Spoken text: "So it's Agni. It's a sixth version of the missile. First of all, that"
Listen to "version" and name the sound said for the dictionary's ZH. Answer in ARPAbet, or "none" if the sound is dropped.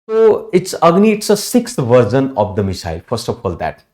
Z